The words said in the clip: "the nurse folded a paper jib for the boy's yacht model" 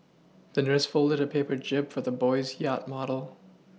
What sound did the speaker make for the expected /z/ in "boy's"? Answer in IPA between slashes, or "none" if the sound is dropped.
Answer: /z/